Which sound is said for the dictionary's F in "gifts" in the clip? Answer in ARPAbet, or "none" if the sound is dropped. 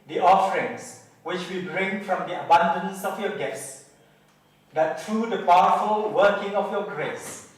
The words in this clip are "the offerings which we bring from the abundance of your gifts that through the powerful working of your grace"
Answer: none